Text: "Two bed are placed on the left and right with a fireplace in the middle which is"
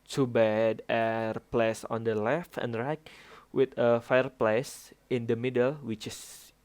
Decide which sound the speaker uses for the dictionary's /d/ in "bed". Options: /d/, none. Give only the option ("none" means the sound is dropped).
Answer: /d/